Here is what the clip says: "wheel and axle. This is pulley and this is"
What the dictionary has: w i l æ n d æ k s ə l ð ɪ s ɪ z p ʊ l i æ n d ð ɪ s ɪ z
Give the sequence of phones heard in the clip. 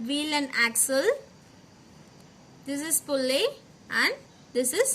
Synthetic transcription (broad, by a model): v i l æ n d æ k s ə l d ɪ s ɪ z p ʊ l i æ n d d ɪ s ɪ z